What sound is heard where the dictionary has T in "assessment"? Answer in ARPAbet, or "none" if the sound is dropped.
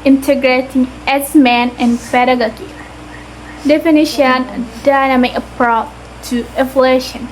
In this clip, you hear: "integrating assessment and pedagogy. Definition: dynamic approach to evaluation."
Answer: none